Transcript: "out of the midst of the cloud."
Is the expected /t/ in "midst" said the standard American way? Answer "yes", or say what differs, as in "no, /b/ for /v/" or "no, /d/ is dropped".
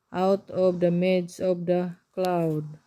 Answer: no, /t/ is dropped